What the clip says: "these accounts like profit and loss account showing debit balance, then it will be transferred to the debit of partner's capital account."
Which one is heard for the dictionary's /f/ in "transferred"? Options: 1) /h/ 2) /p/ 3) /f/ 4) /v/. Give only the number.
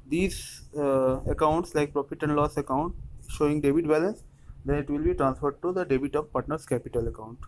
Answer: 3